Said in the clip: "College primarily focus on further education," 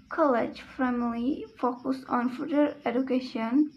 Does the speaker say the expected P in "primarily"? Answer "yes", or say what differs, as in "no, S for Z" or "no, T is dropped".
no, F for P